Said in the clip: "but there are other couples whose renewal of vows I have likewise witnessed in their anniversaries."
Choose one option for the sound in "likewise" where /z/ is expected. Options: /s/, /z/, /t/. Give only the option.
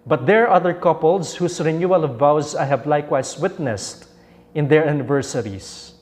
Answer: /s/